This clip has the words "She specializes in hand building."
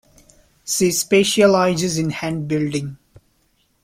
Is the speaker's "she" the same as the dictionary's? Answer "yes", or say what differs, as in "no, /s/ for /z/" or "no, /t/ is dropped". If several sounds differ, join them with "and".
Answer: no, /s/ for /ʃ/